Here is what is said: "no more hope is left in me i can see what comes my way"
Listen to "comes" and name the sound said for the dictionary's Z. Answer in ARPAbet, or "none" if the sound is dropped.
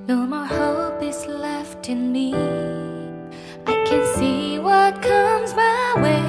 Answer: Z